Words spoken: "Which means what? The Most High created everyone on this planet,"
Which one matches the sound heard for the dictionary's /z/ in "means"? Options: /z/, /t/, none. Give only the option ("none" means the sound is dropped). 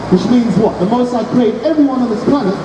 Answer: /z/